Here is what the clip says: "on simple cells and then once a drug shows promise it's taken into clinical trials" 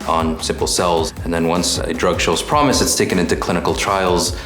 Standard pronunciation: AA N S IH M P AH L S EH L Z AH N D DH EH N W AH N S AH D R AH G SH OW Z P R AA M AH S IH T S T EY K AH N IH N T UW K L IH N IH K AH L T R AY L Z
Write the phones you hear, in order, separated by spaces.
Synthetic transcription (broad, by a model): N S IH M P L S EH L Z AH N DH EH N W AH N S AH D R AH G SH OW Z P R AA M AH S IH T S T EY K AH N IH N T UW K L IH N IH K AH L T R AY L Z